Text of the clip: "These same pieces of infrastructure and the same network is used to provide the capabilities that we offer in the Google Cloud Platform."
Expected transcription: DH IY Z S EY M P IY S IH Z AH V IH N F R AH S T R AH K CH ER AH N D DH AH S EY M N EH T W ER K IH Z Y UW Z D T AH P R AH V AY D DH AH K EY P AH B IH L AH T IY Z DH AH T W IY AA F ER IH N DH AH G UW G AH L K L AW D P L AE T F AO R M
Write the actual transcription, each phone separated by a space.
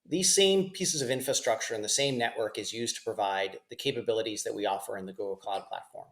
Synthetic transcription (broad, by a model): DH IY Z S EY M P IY S IH Z AH V IH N F R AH S T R AH K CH ER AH N DH AH S EY M N EH T W ER K IH Z Y UW Z T AH P R AH V AY D DH AH K EY P AH B IH L AH T IY Z DH AH T W IY AA F ER IH N DH AH G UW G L K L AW D P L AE T F AO R M